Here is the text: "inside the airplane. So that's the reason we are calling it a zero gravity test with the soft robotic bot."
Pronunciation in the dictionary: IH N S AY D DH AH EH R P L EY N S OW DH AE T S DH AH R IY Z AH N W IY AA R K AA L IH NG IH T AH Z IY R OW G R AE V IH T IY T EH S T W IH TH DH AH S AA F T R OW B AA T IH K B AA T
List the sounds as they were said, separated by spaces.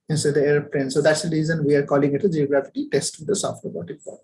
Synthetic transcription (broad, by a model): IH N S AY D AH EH R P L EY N S OW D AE T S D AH R IY Z AH N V IY AA R K AA L IH NG IH T AH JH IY OW G R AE F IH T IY T EH S T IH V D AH S AA F T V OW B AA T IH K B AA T